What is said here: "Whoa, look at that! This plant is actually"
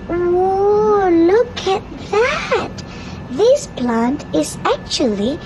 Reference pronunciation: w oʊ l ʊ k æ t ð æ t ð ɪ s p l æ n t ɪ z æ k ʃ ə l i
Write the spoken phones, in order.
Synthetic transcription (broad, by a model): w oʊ l ʊ k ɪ t ð æ t ð ɪ s p l æ n t ɪ z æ k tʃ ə l i